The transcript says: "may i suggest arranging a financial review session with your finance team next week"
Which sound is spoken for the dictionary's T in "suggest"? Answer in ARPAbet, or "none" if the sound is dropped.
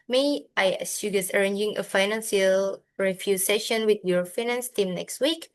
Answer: none